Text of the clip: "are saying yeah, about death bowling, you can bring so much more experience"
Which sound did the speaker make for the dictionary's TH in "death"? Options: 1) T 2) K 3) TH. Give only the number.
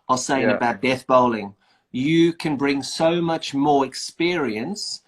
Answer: 3